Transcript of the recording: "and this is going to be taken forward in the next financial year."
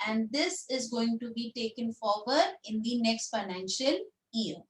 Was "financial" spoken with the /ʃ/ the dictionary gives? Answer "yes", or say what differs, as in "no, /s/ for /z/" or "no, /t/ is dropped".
yes